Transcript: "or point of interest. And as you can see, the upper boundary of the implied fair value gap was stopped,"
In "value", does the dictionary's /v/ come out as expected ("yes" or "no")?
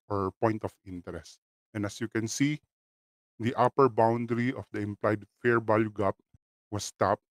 no